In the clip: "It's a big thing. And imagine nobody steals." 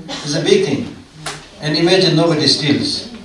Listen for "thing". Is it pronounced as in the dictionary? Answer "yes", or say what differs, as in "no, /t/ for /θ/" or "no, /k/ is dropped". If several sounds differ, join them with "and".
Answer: no, /t/ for /θ/